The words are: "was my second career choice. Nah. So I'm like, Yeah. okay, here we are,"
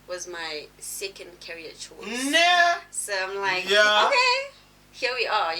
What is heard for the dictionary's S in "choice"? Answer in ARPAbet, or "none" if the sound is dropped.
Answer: none